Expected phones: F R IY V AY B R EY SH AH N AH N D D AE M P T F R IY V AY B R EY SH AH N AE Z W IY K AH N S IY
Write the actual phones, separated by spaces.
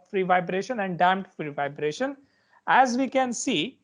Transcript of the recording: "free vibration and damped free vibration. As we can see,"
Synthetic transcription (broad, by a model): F R IY V AY B R EY SH AH N AH N D D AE M T F R IY V AY B R EY SH AH N AE Z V IY K AH N S IY